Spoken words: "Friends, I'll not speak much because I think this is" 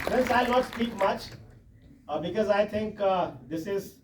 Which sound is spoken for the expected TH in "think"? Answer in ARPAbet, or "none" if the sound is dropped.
T